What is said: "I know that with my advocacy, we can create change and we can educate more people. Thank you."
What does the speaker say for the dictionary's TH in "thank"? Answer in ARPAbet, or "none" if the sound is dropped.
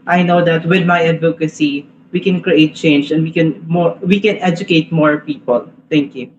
T